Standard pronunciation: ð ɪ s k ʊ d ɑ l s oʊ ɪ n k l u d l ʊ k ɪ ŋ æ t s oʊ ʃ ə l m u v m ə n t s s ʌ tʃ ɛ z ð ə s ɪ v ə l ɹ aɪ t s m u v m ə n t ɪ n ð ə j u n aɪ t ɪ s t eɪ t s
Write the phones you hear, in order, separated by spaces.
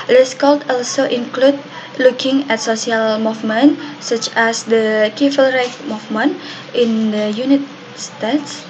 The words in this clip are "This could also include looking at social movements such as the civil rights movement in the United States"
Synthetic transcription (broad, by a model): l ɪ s k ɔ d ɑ l s oʊ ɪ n k l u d l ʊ k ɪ ŋ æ t s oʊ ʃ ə l m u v m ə n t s s ʌ tʃ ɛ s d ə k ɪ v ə l ɹ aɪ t m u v m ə n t ɪ n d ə j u n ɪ t s t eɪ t s